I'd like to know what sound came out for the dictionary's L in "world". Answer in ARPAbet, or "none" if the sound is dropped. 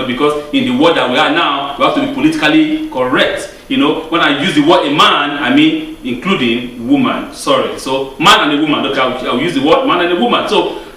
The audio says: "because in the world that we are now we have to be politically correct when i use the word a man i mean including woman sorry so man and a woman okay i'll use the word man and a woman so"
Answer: none